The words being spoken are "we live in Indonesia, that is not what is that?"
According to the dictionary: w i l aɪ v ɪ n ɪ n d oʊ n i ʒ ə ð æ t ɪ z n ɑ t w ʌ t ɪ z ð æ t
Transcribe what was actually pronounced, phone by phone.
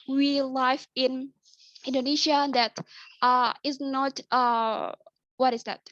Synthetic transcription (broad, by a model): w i l aɪ f ɪ n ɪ n d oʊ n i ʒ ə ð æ t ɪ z n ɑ t w ʌ t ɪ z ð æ t